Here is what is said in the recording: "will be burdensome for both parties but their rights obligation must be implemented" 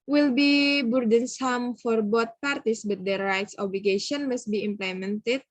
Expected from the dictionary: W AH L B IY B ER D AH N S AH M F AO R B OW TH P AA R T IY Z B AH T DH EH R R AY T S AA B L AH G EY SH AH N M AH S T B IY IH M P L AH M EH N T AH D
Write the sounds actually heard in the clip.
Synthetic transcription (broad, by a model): W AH L B IY B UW D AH N S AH M F AO R B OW T P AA R T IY S B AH T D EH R R AY T S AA B L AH G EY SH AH N M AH S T B IY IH M P L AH M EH N T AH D